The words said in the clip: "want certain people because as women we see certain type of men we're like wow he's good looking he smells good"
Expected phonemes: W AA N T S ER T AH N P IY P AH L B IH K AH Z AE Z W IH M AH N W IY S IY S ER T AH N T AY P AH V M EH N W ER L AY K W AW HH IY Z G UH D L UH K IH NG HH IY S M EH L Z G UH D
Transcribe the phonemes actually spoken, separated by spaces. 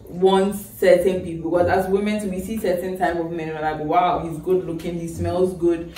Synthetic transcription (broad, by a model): W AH N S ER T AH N P IY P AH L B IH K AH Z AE S W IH M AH N W IY S IY S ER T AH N T AY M AH V M EH N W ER N AY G W AW HH IY Z G UH D L UH K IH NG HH IY S M EH L Z G UH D